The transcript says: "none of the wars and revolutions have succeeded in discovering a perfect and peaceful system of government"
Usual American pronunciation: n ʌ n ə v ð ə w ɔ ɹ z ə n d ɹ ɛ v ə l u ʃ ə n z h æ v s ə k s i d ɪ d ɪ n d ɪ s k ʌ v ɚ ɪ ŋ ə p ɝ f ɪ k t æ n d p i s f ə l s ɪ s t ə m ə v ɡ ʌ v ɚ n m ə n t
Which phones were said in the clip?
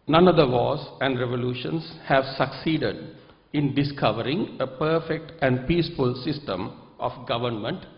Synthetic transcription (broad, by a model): n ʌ n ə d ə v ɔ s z ə n d ɹ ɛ v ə l u ʃ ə n s h æ v s ə k s i d ɪ d ɪ n d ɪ s k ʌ v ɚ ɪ ŋ ə p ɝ f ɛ k t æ n d p i s f ə l s ɪ s t ə m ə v ɡ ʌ v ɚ n m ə n t